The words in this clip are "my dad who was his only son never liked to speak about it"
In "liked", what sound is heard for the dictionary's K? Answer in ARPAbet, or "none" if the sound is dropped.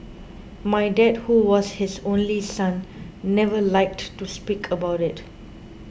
K